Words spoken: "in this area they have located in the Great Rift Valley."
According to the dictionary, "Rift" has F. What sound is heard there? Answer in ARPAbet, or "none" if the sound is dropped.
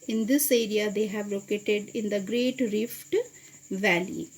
F